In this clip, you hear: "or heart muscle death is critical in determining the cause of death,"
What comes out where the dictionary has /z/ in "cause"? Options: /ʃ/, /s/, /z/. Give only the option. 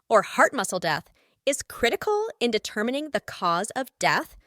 /z/